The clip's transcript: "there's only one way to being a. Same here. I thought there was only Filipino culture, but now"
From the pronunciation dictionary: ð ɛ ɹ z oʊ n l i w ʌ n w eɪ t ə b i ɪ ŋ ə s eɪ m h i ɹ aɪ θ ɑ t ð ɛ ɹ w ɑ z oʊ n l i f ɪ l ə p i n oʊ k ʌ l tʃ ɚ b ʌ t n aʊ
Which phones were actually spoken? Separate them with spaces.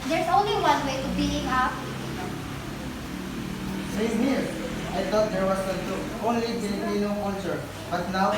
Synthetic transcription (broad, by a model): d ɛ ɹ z oʊ n l i w ʌ n w eɪ t ə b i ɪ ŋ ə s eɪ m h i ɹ aɪ t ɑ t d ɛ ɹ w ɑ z oʊ n l i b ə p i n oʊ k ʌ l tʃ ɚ b ʌ t n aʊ